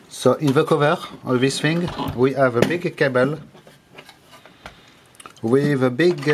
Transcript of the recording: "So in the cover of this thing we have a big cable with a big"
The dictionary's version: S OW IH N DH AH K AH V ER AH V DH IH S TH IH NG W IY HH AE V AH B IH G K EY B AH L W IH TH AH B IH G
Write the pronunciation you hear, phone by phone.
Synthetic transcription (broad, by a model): S OW IH N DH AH K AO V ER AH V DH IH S F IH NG W IY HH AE V AH B IH G K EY B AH L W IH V AH B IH G